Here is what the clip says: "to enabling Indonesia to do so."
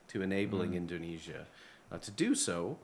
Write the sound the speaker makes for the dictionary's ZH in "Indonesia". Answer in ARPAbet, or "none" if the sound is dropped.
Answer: ZH